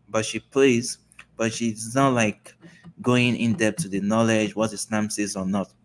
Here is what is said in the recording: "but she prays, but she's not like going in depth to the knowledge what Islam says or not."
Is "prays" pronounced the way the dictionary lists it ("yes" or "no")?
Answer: no